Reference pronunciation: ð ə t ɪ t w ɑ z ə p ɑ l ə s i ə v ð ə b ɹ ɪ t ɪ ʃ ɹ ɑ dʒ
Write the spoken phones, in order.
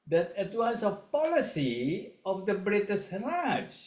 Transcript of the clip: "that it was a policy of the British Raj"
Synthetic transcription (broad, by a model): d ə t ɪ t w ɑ s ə p ɑ l ə s i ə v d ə b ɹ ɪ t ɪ s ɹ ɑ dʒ